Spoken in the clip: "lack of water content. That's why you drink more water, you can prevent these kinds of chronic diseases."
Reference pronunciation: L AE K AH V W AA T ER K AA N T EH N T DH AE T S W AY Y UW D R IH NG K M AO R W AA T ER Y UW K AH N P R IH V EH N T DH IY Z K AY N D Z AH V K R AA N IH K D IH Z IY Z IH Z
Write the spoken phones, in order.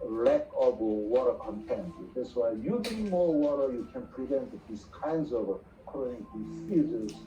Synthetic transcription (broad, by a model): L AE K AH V W AA T ER K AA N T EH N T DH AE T S W AY Y UW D IH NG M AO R W AA T ER Y UW K AH N P R IH V EH N T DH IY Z K AY N D Z AH V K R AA IH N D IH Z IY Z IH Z